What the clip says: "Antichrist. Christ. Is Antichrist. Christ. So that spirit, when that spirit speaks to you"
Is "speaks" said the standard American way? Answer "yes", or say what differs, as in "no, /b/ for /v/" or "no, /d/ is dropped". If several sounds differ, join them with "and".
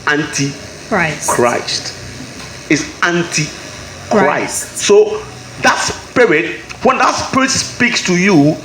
yes